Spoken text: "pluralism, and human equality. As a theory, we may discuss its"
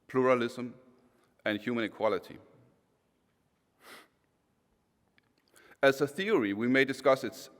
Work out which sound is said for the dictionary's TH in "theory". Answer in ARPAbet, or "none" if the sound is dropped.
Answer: TH